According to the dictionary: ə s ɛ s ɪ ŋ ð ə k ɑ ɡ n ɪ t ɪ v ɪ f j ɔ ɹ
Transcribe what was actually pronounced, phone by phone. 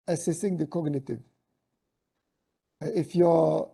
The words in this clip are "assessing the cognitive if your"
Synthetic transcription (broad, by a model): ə s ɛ s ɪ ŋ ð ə k ɑ ɡ n ɪ t ɪ v ɪ f j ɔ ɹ